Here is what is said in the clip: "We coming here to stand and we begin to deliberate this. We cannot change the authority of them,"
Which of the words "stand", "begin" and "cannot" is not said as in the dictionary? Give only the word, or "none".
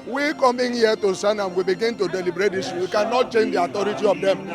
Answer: stand